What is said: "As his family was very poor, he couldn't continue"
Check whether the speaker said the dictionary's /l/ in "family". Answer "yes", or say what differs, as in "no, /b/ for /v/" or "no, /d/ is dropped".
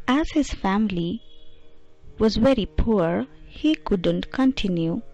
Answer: yes